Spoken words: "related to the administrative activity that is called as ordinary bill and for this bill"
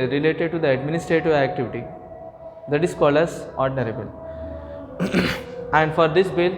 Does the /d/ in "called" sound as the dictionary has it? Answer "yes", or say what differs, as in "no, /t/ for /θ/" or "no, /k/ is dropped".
no, /d/ is dropped